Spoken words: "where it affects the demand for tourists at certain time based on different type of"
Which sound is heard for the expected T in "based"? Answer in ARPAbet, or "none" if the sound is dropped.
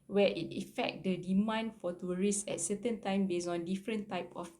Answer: none